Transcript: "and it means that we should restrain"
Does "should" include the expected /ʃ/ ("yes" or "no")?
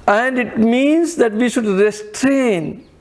yes